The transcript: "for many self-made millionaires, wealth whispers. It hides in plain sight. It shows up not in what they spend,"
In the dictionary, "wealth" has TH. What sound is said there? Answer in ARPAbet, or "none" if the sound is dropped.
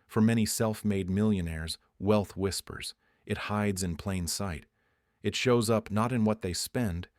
TH